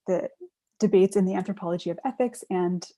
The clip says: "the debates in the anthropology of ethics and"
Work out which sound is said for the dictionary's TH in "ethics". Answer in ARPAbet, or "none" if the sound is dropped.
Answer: TH